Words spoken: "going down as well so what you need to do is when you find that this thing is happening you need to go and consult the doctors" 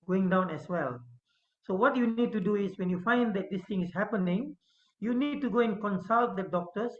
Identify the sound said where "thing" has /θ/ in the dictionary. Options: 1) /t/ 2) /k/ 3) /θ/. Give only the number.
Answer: 1